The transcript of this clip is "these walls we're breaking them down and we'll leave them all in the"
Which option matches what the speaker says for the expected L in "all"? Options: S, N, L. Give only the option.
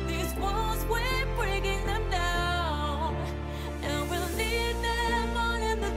N